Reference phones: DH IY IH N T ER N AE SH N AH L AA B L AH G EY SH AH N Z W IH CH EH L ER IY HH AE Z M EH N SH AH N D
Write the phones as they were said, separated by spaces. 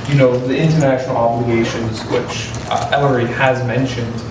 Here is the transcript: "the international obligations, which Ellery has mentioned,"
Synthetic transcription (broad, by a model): DH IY IH N T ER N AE SH N L AA B L AH G EY SH AH N Z W IH CH EH L ER IY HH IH Z M EH N SH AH N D